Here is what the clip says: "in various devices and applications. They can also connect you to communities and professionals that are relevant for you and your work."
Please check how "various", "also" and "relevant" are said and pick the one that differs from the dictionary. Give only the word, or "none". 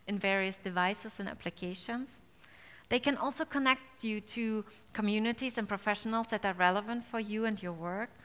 none